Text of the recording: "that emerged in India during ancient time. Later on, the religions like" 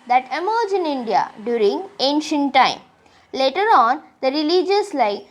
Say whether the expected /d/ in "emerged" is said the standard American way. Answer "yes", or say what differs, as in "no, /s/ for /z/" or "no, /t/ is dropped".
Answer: no, /d/ is dropped